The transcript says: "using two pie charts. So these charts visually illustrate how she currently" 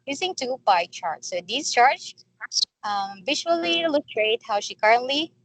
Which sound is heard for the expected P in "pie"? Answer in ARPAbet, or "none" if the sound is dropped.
B